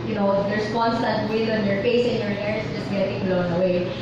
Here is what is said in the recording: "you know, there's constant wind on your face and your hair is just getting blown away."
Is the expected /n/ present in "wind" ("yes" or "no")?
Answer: no